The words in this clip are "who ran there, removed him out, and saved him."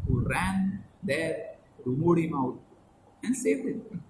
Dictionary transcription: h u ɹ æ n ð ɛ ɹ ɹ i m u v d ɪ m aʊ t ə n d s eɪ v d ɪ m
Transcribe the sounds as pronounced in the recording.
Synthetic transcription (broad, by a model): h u ɹ æ n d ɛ ɹ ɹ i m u d ɪ m aʊ t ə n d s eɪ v ɪ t